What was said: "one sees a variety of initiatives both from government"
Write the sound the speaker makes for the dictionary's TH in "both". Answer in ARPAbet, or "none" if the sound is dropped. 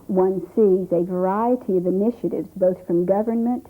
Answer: TH